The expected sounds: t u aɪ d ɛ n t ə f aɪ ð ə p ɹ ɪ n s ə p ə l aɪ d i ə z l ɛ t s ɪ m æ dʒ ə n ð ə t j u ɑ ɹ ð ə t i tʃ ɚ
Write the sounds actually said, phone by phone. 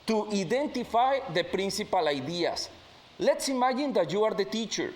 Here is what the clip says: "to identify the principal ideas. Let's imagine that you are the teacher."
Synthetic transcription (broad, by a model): t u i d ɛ n t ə f aɪ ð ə p ɹ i n s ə p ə l aɪ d i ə s l ɛ t s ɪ m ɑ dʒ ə n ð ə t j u ɑ ɹ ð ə t i tʃ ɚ